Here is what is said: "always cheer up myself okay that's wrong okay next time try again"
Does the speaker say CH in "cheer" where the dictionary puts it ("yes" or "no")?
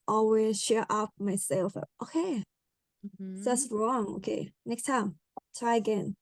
no